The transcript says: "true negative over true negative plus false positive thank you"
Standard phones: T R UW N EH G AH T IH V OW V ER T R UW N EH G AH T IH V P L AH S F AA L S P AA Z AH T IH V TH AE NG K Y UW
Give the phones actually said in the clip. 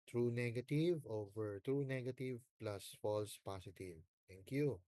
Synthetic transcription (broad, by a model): T R UW N EH G AH T IH V OW V ER T R UW N EH G AH T IH V P L AH S F AA L S P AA S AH T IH V T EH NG K Y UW